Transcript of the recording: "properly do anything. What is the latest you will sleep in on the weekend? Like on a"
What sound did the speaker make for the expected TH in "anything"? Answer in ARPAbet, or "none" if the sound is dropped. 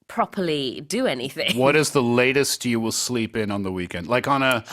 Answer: TH